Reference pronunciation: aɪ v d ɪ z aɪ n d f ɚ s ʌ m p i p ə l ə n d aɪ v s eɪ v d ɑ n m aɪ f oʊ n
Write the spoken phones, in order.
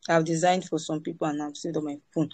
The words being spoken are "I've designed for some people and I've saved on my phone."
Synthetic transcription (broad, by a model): aɪ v d ɪ z aɪ n d f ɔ s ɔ m p i p ə l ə n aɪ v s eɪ d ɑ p m aɪ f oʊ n